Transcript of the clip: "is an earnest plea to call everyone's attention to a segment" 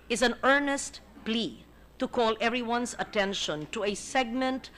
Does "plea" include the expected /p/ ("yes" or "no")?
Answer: yes